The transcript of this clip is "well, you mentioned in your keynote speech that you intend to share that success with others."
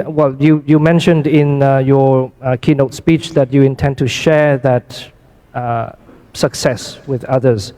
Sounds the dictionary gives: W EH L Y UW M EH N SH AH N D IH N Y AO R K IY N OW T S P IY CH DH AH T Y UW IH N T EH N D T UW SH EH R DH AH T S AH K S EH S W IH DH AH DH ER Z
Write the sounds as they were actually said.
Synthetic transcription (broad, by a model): W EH L Y UW M EH N SH AH N D IH N Y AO K IY N OW T S P IY CH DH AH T Y UW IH N T EH N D T UW SH EH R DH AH T S AH K S EH S W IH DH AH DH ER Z